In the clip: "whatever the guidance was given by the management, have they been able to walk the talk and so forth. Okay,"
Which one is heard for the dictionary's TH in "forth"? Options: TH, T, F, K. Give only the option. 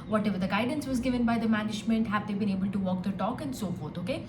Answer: T